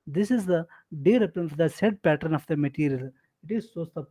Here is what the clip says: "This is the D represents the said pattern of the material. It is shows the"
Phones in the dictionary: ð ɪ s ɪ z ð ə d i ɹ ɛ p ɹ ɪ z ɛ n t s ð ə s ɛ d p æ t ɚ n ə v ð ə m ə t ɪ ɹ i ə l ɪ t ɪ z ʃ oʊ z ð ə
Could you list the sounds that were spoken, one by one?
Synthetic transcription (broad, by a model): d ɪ s ɪ z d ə d i ɹ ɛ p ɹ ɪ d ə s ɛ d p æ t ɚ n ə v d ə m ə t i ɹ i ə l ɪ t ɪ z s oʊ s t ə